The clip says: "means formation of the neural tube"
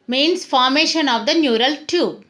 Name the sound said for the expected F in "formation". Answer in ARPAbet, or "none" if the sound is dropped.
F